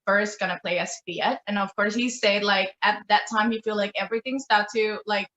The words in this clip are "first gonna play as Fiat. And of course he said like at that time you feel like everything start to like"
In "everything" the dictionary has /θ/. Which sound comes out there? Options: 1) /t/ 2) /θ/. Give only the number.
2